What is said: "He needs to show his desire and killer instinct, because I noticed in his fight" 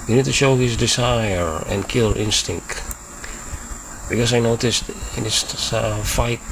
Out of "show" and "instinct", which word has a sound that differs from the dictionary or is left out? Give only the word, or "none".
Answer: none